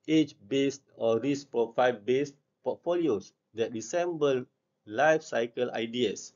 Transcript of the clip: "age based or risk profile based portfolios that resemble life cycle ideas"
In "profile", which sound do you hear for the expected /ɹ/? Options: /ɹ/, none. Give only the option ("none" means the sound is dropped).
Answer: none